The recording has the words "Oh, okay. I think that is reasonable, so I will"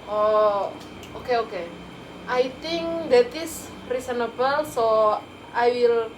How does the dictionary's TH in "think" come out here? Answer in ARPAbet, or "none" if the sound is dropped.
T